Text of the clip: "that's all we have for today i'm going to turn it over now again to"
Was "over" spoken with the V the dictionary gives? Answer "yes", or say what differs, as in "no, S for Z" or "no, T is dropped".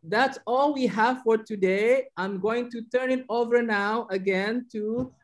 yes